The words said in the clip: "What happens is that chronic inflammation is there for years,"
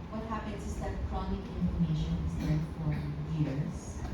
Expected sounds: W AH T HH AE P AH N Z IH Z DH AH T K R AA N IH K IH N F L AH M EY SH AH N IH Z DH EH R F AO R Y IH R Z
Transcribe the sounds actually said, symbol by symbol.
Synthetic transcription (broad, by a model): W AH T HH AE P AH N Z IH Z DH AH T K R AA N IH K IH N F AH M EY SH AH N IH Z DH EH F AO R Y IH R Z